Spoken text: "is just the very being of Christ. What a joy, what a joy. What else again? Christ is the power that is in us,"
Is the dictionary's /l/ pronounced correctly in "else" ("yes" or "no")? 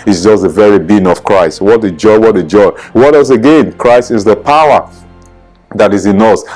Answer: no